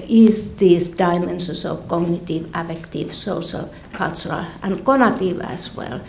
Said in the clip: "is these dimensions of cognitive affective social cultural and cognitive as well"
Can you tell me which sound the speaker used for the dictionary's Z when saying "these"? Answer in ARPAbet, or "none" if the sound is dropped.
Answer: S